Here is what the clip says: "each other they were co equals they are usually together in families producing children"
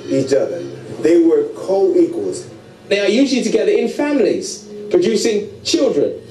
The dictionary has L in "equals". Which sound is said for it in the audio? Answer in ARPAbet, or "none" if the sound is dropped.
L